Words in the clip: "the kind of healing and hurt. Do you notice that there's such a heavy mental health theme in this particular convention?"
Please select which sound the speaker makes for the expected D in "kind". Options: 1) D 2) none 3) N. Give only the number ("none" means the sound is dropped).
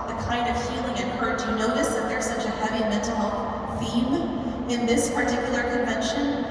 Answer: 1